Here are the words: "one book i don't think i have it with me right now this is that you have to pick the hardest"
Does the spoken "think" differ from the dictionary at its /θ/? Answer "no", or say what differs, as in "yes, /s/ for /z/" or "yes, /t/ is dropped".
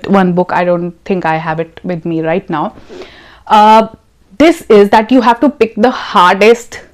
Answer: yes, /t/ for /θ/